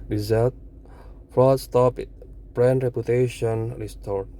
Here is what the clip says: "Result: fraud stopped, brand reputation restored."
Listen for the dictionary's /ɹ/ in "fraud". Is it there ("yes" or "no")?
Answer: no